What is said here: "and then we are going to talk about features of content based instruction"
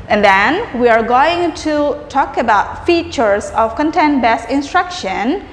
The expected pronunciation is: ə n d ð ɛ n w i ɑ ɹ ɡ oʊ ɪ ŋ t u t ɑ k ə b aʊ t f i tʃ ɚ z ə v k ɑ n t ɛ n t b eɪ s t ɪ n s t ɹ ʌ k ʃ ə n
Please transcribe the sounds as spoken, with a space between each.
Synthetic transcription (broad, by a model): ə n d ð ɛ n w i ɑ ɹ ɡ oʊ ɪ ŋ t u t ɑ k ə b aʊ t f i tʃ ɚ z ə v k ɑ n t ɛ n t b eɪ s ɪ n s t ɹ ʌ k ʃ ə n